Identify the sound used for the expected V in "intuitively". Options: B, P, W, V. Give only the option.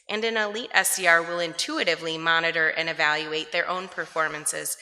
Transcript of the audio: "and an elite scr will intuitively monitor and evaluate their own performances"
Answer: V